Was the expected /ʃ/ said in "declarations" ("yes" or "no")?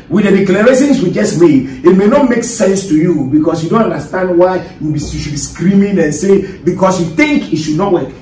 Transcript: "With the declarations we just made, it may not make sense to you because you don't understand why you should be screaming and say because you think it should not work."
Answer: no